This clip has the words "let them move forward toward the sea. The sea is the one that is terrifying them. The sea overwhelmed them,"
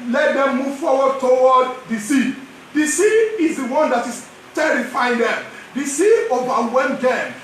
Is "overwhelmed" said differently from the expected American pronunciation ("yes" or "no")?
yes